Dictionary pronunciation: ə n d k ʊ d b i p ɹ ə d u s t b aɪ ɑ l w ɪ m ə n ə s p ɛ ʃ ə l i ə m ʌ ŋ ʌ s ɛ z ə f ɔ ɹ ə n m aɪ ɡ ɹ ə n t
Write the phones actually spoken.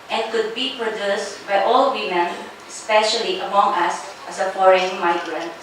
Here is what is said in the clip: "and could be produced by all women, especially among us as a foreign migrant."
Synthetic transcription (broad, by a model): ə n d k ʊ d b i p ɹ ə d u s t b aɪ ɑ l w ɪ m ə n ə s p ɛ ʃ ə l i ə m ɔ ŋ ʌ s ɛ s ə p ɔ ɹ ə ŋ m aɪ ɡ ɹ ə n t